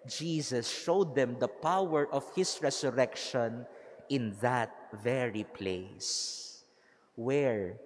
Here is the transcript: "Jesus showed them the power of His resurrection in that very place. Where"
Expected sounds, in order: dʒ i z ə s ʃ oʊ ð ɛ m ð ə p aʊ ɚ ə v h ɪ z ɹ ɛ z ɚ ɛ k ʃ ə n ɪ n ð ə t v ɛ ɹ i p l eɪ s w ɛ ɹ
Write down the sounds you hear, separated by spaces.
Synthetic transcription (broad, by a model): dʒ i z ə s ʃ oʊ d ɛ m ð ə p aʊ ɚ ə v h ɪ s ɹ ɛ s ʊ ɛ k ʃ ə n ɪ n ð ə t v ɛ ɹ i p l eɪ s w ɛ ɹ